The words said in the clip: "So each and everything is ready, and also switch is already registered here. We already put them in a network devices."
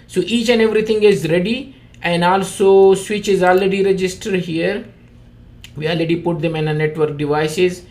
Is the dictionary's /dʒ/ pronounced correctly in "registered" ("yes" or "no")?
yes